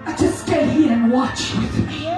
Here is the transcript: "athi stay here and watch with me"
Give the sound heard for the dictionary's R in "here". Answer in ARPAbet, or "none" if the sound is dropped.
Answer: R